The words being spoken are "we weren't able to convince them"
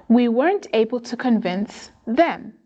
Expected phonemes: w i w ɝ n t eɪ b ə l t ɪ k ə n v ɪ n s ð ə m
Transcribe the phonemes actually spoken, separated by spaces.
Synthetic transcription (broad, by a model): w i w ɝ n t eɪ b ə l t ɪ k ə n v ɪ n s ð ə m